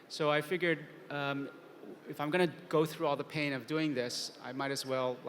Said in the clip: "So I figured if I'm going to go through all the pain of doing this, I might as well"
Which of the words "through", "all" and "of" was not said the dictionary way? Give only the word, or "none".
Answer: none